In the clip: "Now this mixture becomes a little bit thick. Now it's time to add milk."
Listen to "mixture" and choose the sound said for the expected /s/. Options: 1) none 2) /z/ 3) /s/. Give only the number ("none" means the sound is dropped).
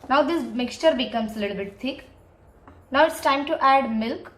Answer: 3